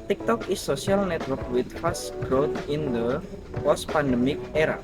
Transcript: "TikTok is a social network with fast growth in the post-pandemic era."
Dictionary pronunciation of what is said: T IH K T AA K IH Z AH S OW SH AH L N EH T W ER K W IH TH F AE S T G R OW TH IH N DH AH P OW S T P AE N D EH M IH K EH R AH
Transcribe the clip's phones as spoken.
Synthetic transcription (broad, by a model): T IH K T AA K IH S AH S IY AH L N EH T W ER K W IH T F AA S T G R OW T IH N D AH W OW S P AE N D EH M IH K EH R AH